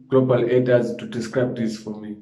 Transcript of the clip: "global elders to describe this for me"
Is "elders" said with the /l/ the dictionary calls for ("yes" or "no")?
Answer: no